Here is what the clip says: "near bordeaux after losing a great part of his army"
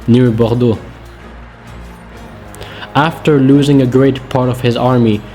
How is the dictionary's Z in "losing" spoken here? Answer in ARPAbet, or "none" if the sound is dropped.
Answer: Z